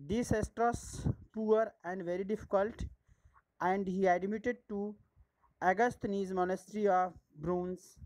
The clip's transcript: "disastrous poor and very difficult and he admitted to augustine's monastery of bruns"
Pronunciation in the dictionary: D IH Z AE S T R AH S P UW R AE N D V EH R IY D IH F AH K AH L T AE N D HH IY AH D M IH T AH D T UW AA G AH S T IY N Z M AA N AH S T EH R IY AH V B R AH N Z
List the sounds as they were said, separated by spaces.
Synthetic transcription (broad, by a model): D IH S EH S T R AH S P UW R AE N D V EH R IY D IH F AH K AH L T AE N D HH IY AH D M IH T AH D T UW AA G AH S T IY Z M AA N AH S T R IY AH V B R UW N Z